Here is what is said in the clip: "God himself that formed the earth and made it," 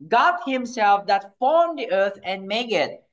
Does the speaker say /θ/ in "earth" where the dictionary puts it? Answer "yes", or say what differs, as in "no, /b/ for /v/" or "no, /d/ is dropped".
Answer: no, /t/ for /θ/